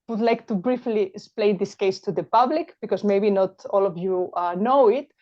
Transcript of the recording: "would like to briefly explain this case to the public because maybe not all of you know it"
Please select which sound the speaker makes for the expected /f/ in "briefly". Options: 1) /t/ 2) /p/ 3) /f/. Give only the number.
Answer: 3